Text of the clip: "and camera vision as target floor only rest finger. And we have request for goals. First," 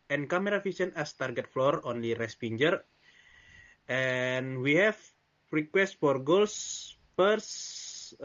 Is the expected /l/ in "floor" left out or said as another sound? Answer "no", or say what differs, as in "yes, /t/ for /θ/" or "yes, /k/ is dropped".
no